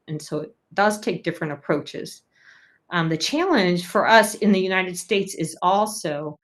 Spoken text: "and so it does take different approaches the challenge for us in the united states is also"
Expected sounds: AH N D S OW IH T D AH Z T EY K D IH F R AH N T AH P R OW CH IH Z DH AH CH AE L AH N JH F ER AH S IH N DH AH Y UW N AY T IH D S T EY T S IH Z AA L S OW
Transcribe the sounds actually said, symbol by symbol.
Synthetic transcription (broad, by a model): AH N S OW IH T D AH Z T EY K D IH F R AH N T AH P R OW CH IH Z DH AH CH AE L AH N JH F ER AH S IH N DH AH Y UW N AY T IH D S T EY T S IH Z AA L S OW